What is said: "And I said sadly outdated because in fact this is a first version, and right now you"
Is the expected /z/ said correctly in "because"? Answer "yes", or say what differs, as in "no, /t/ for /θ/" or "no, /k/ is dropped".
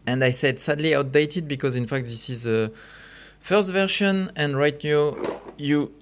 yes